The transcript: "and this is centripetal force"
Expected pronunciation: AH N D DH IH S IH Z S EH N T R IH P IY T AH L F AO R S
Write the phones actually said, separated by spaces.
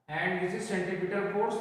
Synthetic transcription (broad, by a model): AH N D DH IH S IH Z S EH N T IH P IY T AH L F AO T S